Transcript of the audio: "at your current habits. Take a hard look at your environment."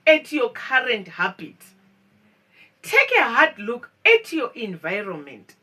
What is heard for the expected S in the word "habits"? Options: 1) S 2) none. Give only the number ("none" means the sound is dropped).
2